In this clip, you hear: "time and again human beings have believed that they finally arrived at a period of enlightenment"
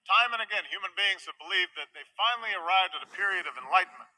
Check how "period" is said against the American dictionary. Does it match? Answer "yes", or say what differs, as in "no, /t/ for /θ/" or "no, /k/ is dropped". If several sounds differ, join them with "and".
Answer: yes